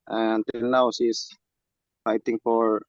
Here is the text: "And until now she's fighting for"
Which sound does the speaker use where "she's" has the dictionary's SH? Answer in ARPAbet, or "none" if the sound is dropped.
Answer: S